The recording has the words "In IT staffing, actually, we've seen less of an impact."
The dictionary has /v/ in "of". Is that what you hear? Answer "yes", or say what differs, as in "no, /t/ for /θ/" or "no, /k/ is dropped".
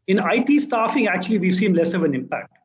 yes